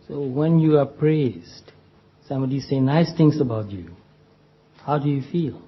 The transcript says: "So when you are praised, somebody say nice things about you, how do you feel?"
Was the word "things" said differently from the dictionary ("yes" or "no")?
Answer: yes